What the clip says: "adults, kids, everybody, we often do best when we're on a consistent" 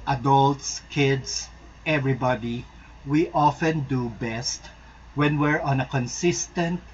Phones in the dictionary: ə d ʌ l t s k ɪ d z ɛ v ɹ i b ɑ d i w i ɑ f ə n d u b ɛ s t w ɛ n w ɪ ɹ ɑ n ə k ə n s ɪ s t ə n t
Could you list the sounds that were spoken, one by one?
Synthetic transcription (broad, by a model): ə d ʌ l t s k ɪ d s ɛ v ɹ i b ɑ d i w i ɑ f ə n d u b ɛ s t w ɛ n w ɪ ɹ ɑ n ə k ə n s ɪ s t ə n t